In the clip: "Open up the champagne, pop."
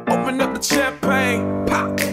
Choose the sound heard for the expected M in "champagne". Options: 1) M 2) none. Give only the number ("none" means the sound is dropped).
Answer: 2